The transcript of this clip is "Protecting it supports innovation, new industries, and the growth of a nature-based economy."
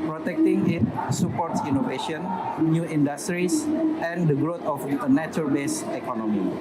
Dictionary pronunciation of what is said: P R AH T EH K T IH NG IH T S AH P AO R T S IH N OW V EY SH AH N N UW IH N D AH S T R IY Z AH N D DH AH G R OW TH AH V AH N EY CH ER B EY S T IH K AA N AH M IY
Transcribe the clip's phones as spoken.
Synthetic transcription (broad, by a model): P R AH T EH K T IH NG IH T S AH P AO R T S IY N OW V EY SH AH N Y UW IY N D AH S T R IY S AH N D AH G R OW T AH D AH N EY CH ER B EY S IH K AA N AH M IY